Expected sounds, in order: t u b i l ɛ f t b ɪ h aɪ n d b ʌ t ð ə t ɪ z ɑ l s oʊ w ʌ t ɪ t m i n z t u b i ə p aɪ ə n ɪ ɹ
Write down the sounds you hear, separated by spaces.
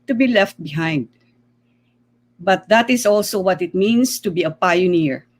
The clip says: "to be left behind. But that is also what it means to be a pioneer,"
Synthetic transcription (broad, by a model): t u b i l ɛ f t b ɪ h aɪ n d b ʌ t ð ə t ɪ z ɑ l s oʊ w ʌ t ɪ t m i n s t u b i ə p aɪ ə n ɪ ɹ